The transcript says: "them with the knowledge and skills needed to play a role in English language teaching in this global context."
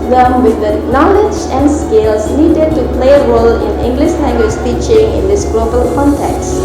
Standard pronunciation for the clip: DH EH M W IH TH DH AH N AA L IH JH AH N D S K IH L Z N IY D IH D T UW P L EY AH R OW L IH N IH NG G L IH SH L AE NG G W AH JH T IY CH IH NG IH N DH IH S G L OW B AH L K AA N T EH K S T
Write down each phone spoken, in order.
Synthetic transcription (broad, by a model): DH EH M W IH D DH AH N AA L IH JH AH N D S K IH L S N IY D IH D T UW P L EY AH R OW L IH N IH NG G L IH SH N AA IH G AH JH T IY CH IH NG IH N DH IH S G L OW B AH L K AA N T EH K S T